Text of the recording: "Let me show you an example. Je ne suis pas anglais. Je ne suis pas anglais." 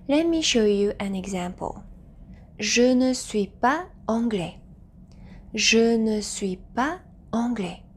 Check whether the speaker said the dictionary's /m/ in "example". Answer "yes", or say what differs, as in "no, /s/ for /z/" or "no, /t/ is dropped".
yes